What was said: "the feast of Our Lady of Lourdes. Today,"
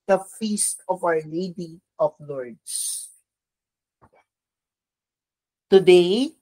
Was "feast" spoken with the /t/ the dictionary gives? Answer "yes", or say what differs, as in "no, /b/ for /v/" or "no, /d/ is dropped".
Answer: yes